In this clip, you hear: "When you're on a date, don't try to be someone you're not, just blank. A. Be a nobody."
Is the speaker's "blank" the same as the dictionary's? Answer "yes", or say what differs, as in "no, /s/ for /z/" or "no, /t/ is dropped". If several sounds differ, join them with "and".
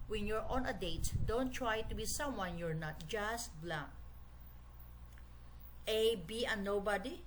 no, /ŋ/ is dropped